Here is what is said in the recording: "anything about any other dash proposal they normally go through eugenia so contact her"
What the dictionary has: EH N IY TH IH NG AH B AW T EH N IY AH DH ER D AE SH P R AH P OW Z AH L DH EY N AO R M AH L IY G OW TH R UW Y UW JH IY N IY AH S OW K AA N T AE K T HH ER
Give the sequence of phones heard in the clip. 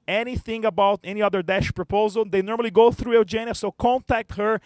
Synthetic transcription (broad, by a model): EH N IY TH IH NG AH B AW T EH N IY AH DH ER D AE SH P R AH P OW Z AH L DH EY N AO R M AH L IY G OW TH R UW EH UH JH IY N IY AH S OW K AA N T AE K T HH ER